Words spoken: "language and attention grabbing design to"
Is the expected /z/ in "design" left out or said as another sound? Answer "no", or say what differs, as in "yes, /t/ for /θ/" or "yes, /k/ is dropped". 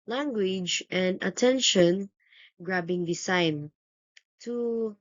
yes, /s/ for /z/